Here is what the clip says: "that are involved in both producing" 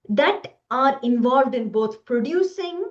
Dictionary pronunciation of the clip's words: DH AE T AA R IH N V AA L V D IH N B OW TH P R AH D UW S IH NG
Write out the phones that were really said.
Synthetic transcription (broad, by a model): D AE T AA R IH N V AA L V D IH N B OW T P R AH D UW S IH NG